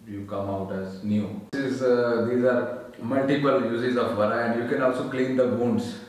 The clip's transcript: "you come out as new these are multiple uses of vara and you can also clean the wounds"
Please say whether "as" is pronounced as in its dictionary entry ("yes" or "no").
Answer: yes